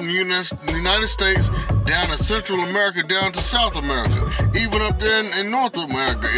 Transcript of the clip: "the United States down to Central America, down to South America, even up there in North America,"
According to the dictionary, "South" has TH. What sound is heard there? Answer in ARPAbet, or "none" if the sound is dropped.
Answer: TH